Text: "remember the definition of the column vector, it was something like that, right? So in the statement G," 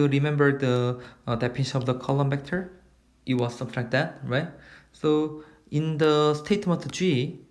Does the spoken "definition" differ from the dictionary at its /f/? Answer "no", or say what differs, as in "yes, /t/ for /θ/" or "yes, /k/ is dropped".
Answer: yes, /p/ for /f/